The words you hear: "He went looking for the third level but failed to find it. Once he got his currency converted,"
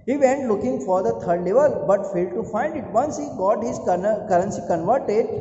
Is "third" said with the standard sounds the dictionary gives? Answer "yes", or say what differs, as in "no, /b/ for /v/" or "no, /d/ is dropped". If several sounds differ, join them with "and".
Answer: no, /t/ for /θ/